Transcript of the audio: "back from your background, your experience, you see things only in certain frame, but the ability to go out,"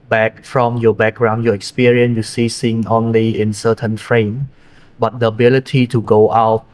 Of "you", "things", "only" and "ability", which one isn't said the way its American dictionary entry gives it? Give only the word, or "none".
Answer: things